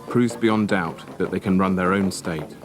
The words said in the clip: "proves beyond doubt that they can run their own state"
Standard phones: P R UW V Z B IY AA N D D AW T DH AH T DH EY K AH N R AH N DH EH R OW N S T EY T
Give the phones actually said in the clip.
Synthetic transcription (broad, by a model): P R UW V Z B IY AA N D D AW T DH AH T DH EY K AH N R AH N DH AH R OW N S T EY T